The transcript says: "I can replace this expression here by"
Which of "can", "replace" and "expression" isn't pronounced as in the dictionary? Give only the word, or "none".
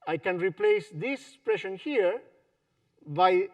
expression